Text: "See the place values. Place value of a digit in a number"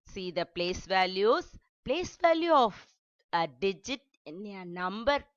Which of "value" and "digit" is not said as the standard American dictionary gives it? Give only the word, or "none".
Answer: none